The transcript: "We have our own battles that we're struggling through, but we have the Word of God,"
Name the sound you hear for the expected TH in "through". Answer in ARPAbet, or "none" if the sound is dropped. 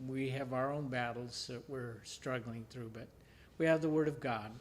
TH